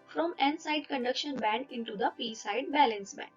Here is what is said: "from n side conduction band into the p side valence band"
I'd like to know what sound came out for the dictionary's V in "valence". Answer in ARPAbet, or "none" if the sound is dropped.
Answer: B